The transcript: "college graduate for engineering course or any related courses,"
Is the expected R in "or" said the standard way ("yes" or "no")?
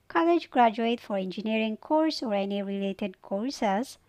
yes